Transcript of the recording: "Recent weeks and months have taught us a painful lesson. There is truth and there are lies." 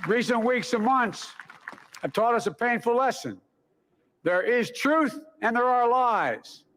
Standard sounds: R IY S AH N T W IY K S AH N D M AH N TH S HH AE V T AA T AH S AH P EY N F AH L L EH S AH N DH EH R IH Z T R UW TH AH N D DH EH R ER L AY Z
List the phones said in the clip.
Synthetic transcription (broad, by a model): R IY S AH N T W IY K S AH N M AH N TH S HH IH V T AA T AH S AH P EY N F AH L L EH S AH N DH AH R IH Z T R UW TH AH N DH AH R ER L AY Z